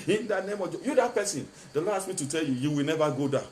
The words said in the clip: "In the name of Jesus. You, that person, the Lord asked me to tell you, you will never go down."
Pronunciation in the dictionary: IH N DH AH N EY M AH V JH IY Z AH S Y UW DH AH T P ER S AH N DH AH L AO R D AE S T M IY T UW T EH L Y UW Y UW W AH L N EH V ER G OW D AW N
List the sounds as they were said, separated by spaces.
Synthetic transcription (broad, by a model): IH N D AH N EY M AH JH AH Y UW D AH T P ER S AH N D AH L AO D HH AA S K M IY T UW T EH L Y UW Y UW W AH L N EH V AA G OW D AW